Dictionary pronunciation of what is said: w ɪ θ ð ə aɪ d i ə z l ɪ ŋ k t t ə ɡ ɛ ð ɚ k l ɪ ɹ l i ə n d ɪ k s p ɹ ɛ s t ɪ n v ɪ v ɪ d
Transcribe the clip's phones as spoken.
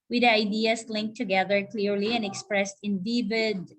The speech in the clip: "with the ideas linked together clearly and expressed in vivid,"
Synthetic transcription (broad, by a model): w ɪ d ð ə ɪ d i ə s l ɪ ŋ k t t ə ɡ ɛ ð ɚ k l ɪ ɹ l i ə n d ɪ k s p ɹ ɛ s t ɪ n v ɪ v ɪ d